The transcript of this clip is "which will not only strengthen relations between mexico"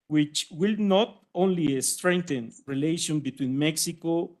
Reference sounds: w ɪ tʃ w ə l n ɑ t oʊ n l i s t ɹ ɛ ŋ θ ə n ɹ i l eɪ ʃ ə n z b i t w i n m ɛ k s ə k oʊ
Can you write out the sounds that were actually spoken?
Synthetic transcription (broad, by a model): w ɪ tʃ w ə l n ɑ t oʊ n l i s t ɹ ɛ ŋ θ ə n ɹ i l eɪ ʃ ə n b i t w i n m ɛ k s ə k oʊ